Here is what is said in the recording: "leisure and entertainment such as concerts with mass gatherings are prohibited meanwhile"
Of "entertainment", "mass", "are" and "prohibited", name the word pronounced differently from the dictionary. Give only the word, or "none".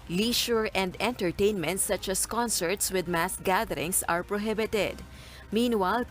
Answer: none